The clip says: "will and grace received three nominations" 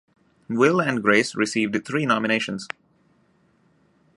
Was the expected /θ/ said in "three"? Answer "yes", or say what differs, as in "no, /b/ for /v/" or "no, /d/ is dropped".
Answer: no, /t/ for /θ/